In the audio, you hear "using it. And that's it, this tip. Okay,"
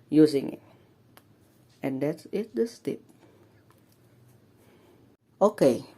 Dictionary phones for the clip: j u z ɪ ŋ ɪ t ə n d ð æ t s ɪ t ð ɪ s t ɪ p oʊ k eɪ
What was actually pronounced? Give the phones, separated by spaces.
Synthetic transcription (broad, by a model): j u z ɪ ŋ ɪ t ə n d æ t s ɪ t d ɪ s t ɪ p oʊ k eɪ